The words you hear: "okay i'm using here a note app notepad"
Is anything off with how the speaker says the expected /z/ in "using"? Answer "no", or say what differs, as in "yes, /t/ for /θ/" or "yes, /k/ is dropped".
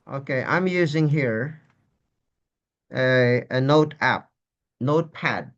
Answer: no